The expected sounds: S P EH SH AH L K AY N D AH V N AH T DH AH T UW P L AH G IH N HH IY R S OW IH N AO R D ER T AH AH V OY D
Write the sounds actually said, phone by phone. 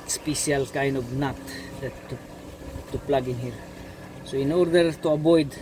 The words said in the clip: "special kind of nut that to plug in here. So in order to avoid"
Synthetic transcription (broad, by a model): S P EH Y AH L K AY N AH B N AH T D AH T UW P L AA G IH N HH IY R S OW IH N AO R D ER T AH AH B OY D